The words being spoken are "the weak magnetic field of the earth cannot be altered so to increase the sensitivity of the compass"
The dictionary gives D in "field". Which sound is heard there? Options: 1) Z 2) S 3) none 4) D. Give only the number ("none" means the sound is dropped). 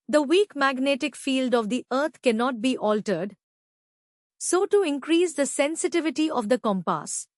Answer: 4